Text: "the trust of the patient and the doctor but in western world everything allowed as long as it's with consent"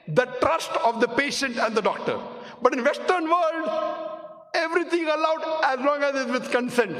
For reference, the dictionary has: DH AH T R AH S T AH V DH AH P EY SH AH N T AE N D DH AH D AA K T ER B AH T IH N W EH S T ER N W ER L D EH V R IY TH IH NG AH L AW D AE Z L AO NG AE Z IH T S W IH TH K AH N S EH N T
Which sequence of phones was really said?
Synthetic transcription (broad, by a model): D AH T R AH S T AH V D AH P EY SH AH N T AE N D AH D AA K T ER B AH T IH N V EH S T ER N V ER L D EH V R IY T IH NG AH L AW D AE Z L AO NG AE Z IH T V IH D K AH N S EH N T